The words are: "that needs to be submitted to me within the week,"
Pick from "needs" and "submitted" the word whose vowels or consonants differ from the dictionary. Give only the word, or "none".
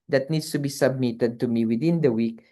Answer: needs